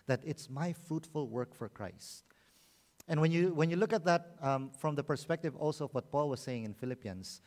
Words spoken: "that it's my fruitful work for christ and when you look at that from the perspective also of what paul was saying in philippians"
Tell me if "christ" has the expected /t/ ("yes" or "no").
yes